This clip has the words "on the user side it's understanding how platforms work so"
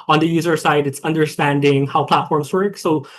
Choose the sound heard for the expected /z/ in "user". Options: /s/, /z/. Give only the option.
/z/